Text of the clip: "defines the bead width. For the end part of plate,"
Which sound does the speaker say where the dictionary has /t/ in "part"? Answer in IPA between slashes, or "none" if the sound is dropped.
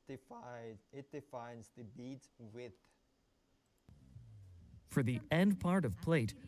/t/